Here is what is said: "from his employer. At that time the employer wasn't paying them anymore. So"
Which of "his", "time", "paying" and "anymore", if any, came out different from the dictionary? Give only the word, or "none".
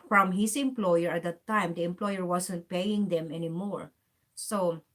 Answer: his